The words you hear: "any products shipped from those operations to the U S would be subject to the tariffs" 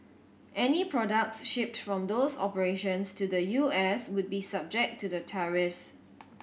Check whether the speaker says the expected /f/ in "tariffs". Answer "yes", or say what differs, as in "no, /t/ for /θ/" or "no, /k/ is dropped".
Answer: yes